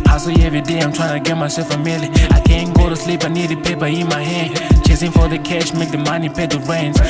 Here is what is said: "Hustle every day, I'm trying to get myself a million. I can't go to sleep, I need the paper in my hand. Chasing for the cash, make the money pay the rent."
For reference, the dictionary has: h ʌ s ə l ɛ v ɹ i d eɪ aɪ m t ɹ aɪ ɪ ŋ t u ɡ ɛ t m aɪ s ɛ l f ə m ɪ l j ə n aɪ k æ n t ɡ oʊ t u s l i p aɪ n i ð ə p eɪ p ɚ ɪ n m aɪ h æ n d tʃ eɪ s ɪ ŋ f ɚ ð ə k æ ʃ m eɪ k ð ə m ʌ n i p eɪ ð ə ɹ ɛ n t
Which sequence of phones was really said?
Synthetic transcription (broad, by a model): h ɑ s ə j ɛ v ɹ i d eɪ aɪ m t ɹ aɪ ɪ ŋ t u ɡ ɛ t m aɪ s ɛ l f ə m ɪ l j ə aɪ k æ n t ɡ oʊ t u s l i p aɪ n i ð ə p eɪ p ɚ ɪ n m aɪ h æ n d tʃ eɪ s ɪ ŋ f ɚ ð ə k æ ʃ m eɪ k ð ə m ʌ n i p eɪ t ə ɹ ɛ n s